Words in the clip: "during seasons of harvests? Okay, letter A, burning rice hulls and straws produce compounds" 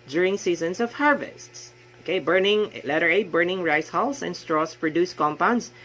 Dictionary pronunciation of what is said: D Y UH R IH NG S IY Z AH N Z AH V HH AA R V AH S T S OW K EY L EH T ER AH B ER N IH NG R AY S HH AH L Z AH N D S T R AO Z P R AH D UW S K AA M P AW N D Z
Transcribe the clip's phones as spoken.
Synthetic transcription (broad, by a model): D Y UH R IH NG S IY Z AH N S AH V HH AA R V AH S T S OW K EY L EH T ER AH B ER N IH NG R AY S HH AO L S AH N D S T R AO S P R AH D UW S K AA M P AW N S